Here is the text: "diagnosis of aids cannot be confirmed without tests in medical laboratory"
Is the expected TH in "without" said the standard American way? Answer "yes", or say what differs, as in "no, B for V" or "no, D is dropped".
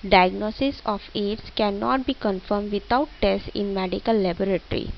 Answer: no, T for TH